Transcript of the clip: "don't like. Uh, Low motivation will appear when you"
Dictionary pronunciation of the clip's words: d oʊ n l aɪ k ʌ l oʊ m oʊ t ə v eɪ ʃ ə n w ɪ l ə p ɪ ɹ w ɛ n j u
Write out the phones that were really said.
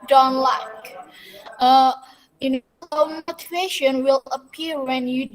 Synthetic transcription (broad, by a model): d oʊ n l aɪ k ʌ n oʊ m oʊ t ə v eɪ ʃ ə n w ɪ l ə p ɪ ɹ w ɛ n j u